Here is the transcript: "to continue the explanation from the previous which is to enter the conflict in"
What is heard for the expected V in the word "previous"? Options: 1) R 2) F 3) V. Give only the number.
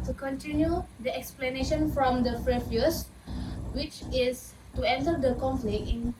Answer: 2